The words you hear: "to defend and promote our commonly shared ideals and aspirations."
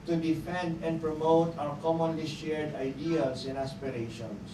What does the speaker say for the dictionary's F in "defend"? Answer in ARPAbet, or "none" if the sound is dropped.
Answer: F